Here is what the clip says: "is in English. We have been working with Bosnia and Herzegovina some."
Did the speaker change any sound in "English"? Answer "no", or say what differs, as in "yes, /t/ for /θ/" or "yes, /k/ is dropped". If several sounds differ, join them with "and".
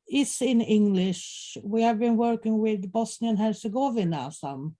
no